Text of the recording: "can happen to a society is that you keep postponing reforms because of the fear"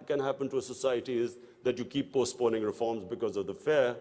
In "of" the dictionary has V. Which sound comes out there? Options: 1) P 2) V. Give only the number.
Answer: 2